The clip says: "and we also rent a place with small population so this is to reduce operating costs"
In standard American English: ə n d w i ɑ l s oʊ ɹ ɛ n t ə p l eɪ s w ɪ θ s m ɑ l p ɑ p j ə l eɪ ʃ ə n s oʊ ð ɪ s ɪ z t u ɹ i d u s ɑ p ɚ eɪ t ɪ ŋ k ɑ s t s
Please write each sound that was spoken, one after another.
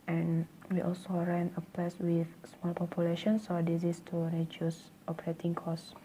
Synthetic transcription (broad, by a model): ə n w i ɑ l s oʊ ɹ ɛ n ə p eɪ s w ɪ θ s m ɑ l p ɑ p j ə l eɪ ʃ ə n s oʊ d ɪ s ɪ s t u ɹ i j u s ɑ p ɚ eɪ t ɪ ŋ k ɑ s s